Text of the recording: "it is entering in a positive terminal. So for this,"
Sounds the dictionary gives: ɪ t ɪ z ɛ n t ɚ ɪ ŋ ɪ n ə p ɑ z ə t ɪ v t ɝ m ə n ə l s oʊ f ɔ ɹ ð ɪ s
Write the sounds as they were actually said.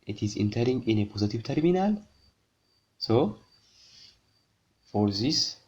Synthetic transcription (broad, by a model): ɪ t ɪ z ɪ n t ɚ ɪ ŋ ɪ n ə p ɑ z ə t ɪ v t ɝ m ə n ə l s oʊ f ɔ ɹ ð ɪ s